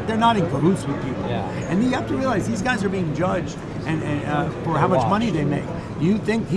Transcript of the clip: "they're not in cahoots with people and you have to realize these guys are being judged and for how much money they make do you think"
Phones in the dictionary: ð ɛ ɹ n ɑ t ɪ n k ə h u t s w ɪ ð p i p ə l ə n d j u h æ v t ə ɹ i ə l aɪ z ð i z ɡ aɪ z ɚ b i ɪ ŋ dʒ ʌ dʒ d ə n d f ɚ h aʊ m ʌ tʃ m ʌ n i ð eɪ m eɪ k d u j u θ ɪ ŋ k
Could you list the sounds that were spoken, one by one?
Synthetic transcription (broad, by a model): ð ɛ ɹ n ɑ t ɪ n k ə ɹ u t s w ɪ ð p i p l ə n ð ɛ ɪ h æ f t ə ɹ i ə l aɪ z ð i z ɡ aɪ z ɚ b i ɪ ŋ dʒ ʌ dʒ d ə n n f ɚ h aʊ m ʌ tʃ m ʌ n i ð eɪ m eɪ k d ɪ j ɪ θ ɪ ŋ k